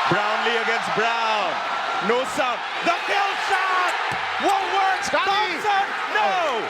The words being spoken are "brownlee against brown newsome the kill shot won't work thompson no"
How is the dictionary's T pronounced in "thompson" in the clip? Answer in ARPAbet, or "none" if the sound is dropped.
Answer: S